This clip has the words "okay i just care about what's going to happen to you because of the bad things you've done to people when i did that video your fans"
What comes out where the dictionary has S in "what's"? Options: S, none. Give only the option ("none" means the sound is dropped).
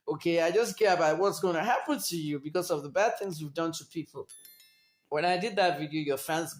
S